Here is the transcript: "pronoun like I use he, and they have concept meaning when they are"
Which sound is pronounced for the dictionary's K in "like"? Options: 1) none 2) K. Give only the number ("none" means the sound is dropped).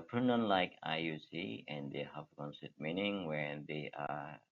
2